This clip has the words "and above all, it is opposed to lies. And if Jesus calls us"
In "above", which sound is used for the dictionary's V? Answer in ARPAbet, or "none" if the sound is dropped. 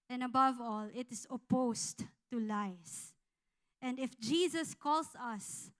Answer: V